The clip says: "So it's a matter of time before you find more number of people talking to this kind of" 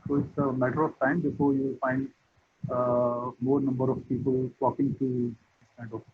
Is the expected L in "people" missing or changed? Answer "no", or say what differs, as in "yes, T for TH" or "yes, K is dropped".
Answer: no